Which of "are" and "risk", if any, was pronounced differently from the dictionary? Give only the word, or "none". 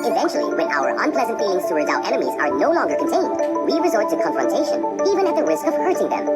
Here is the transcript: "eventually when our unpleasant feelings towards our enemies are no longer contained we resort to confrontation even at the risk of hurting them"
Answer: none